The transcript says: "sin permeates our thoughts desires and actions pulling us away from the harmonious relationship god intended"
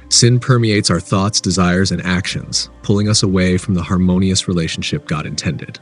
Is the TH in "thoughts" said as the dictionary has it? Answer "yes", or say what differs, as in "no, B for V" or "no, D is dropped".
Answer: yes